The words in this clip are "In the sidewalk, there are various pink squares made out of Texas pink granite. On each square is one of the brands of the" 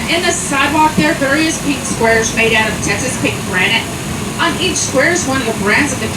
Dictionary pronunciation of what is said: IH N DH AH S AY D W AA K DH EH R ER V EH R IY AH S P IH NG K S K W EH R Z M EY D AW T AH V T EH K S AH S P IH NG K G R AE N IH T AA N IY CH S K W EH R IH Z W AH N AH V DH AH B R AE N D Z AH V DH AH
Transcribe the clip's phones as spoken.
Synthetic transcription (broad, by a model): IH N DH AH S AY D W AA K DH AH R V EH R IY AH S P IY K S K W EH R Z M EY D AW T AH V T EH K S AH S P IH K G R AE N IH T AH N IY CH S K W EH R IH Z W AH N AH V DH AH B R AE N D Z AH V DH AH